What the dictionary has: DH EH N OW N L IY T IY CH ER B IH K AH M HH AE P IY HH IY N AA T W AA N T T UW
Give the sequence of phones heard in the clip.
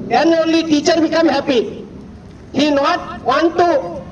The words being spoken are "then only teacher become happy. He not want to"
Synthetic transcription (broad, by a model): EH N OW L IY T IY CH ER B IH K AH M HH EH P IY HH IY N AA T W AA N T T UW